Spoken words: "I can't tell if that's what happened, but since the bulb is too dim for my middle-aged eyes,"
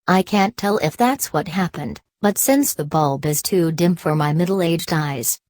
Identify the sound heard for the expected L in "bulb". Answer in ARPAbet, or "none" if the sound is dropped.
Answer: L